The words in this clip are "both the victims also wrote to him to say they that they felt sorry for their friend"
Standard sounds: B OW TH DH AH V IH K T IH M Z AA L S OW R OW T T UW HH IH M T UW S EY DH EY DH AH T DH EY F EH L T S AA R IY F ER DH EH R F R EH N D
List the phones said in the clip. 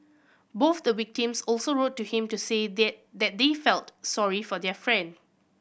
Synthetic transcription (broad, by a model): B OW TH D AH W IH K T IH M S AA L S OW R OW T T UW HH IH M T UW S EY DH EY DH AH T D EY F EH L T S AA R IY F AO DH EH F R EH N D